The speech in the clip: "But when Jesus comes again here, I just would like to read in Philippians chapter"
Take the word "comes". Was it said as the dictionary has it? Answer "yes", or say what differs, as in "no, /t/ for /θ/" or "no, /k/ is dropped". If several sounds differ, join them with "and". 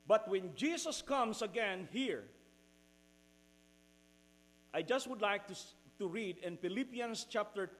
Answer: no, /s/ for /z/